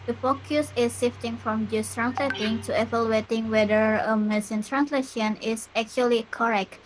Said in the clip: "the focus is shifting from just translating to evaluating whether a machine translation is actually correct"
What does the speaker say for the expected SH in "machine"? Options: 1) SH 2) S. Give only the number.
2